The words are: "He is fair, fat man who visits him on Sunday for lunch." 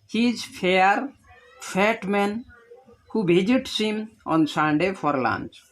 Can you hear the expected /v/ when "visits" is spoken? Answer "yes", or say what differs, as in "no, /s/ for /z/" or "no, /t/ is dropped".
no, /b/ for /v/